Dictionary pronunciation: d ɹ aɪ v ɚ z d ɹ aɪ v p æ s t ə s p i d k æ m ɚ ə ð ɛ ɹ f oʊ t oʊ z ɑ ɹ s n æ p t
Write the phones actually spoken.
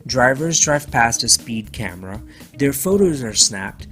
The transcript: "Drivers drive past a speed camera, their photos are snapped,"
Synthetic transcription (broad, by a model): d ɹ aɪ v ɚ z d ɹ aɪ v p æ s t ə s p i d k æ m ɚ ə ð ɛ ɹ f oʊ t oʊ z ɑ ɹ s n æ p t